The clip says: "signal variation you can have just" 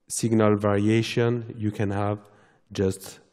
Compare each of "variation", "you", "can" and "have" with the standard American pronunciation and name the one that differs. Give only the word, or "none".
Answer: none